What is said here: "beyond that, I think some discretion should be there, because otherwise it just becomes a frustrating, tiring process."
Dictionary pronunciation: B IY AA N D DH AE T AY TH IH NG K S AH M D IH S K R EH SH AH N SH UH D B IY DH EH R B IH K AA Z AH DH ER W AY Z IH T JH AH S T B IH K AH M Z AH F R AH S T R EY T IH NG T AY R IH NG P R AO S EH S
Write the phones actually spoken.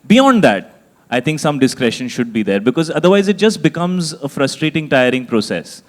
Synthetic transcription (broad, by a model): B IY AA N D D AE T AY T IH NG K S AH M D IH S K R EH SH AH N SH UH D B IY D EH R B IH K AA Z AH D ER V AY Z IH T JH AH S T B IH K AH M Z AH F R AH S T R EY T IH NG T AY R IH NG P R AO S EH S